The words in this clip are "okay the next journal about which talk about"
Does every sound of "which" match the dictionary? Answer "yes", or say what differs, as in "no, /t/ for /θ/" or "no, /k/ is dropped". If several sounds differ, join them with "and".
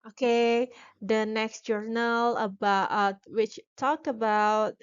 yes